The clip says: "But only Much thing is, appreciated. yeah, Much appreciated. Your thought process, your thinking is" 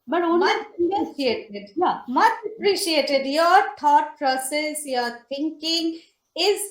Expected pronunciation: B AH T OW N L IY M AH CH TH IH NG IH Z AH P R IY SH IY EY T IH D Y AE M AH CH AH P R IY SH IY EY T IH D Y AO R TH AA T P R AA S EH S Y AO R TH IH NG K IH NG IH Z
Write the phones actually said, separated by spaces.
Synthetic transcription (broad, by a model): B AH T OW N IY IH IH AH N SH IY EY T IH D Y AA M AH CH AH P R IY SH IY EY T IH D Y AO R T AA T P R AA S EH S Y AO R T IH NG K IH NG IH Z